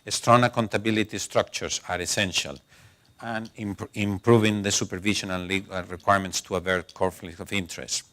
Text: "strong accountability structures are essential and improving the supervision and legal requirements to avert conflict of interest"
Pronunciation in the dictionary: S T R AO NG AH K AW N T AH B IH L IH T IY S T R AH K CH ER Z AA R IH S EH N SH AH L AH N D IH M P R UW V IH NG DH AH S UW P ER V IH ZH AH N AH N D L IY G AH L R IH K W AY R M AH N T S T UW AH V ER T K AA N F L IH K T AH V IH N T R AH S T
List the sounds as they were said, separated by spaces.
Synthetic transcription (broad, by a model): S T R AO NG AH K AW N T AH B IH L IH T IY S T R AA K CH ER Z AA R IH S EH N SH AH L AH N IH M P R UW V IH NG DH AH S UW P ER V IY SH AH N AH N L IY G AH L R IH K W AY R M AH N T S T UW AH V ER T K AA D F L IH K AH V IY N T R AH S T